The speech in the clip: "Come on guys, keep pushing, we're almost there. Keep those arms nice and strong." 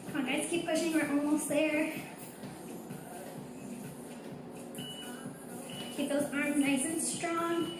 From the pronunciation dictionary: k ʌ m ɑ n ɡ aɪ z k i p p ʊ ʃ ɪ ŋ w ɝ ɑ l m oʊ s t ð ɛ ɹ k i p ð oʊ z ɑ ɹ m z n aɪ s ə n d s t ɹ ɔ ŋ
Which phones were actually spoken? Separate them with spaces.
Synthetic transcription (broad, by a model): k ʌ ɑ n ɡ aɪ s k i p p ʊ ʃ ɪ ŋ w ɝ ɑ l m oʊ s t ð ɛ ɹ k i p ð oʊ z ɑ ɹ m z n aɪ s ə n s t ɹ ɔ ŋ